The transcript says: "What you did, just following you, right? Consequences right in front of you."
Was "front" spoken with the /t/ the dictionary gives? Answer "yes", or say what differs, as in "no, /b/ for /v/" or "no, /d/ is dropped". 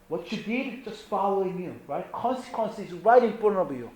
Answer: no, /t/ is dropped